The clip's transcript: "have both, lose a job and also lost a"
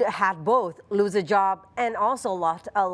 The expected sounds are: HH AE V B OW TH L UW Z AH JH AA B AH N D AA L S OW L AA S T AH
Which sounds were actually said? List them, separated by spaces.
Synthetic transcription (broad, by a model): HH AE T B OW TH L UW Z AH JH AA B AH N AA L S OW L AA T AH